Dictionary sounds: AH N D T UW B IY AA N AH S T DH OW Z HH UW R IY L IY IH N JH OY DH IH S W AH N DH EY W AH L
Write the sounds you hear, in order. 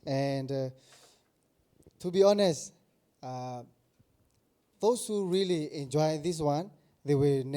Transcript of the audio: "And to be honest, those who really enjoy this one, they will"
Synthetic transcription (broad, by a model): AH N D T UW B IY AA N AH S T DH OW S HH UW R IY L IY IH N JH OY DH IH S W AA N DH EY W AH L